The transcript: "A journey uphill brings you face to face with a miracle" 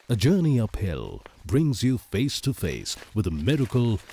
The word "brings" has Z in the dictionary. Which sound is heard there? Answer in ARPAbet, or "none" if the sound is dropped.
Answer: Z